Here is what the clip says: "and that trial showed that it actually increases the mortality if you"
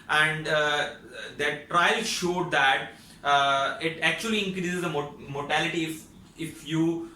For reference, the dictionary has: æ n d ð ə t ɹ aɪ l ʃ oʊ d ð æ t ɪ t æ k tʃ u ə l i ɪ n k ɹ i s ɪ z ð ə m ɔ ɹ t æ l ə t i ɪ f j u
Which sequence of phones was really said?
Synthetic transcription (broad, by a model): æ n d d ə t ɹ aɪ l ʃ oʊ d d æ t ɪ t æ k tʃ u ə l i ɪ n k ɹ i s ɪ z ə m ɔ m t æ l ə t i ɪ f j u